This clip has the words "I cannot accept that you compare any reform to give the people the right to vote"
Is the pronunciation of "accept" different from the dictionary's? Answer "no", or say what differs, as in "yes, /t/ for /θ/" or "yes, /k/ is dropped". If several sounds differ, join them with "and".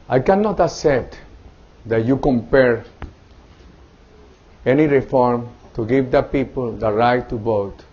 yes, /k/ is dropped and /p/ is dropped